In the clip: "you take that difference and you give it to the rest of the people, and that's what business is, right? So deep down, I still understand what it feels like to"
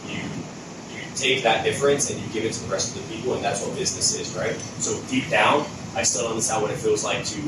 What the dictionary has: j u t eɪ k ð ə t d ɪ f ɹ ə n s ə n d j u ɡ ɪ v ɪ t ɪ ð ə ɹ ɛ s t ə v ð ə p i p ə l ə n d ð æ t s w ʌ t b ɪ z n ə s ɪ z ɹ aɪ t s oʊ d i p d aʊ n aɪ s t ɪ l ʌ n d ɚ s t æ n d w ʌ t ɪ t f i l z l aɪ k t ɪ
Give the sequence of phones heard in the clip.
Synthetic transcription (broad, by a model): j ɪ t eɪ k ð ə t d ɪ f ɹ ə n s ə n j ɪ ɡ ɪ v ɪ t ɪ ð ə ɹ ɛ s t ə v ð ə p i p l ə n ð æ t s w ʌ t b ɪ z n ə s ɪ z ɹ aɪ t s oʊ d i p d aʊ n aɪ s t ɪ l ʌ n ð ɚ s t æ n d w ʌ t ɪ t f i l z l aɪ k t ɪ